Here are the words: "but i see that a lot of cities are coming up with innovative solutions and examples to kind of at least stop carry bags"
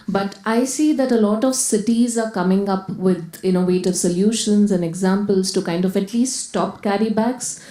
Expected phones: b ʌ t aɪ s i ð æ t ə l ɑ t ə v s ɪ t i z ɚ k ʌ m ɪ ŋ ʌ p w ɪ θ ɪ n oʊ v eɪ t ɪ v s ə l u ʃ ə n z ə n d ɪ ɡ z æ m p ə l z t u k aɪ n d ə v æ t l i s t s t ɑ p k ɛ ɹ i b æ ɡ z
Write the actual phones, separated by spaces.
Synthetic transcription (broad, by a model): b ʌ t aɪ s i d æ t ə l ɑ t ə v s ɪ t i z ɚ k ʌ m ɪ ŋ ʌ p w ɪ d ɪ n oʊ v eɪ t ɪ v s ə l u ʃ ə n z ə n d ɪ ɡ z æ m p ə l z t u k aɪ n d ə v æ t l i s t s t ɑ p k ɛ ɹ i b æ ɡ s